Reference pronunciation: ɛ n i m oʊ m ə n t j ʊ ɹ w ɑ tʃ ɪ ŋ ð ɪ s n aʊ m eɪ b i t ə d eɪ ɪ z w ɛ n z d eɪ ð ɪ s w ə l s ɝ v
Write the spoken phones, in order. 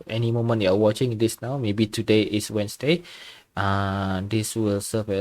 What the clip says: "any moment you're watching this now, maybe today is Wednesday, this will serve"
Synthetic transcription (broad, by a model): ɛ n i m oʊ m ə n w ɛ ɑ w ɑ tʃ ɪ ŋ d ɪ s n aʊ m eɪ b i t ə d eɪ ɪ s w ɛ n s d eɪ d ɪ s w ə l s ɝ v